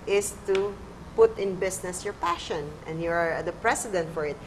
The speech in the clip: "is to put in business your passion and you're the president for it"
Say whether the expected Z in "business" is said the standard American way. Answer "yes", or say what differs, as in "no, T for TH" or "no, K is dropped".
no, S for Z